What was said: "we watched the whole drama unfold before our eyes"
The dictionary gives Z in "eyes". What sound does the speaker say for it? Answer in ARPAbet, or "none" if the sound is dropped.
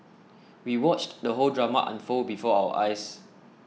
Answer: S